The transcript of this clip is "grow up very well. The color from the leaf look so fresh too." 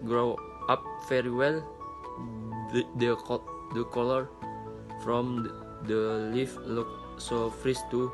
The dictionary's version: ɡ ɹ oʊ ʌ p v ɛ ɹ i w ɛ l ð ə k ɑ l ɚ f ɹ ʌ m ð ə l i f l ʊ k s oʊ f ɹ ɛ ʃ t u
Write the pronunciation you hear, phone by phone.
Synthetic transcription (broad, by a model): ɡ ɹ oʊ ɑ p f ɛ ɹ i w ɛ l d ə k ɑ l ɚ f ɹ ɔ m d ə l i f l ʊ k s oʊ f ɹ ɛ s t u